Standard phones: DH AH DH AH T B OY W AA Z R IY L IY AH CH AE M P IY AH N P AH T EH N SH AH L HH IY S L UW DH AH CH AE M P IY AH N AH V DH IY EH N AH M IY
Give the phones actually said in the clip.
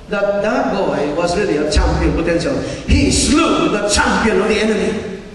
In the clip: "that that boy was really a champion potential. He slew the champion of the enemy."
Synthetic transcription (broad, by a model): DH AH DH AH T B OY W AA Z R IY L IY AH CH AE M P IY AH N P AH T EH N S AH HH IY S L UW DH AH CH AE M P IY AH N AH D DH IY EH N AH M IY